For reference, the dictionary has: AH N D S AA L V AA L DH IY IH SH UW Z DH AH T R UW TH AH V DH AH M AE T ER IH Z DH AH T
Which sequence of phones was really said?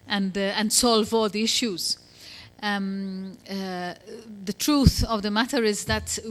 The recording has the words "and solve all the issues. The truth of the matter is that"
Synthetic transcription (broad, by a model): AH N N S AA L V AA L DH IY IH SH UW Z DH AH T R UW TH AH V DH AH M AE T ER IH Z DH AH T